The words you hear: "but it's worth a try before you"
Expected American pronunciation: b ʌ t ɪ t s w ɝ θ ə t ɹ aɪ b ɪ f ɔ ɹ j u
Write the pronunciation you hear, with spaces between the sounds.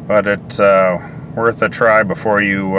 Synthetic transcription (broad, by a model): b ʌ t ɪ t s w ɝ θ ə t ɹ aɪ b ɪ f ɔ ɹ j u